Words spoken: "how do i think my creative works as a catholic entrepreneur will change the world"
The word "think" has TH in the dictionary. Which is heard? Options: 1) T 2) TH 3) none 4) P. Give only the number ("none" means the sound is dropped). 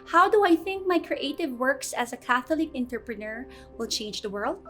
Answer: 2